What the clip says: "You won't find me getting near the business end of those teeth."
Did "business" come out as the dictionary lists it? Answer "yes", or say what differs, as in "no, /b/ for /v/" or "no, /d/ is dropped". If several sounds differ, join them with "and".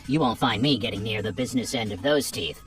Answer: yes